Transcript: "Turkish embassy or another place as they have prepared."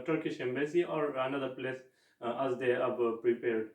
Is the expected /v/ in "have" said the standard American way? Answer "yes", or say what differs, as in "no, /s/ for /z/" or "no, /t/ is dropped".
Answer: no, /b/ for /v/